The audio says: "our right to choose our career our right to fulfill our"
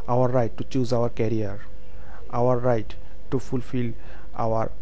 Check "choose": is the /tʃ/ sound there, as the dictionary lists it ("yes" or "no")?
yes